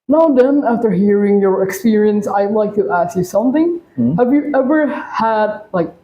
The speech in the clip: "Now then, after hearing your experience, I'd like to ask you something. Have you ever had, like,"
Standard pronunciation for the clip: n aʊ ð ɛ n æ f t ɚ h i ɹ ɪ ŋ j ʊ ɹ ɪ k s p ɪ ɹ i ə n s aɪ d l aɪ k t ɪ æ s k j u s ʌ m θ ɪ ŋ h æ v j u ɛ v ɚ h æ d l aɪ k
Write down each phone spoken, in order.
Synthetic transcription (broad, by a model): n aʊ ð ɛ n æ f t ɚ h i ɹ ɪ ŋ j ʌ ɹ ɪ k s p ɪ ɹ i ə n s aɪ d l aɪ k t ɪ æ s k j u s ʌ m θ ɪ ŋ h æ v j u ɛ v ɚ h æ d l aɪ k